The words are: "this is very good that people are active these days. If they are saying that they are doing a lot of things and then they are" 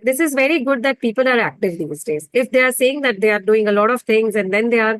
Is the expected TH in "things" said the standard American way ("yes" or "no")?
no